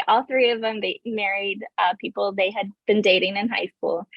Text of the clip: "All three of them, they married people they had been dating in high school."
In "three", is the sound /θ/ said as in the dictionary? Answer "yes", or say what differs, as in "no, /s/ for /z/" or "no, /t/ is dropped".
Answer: yes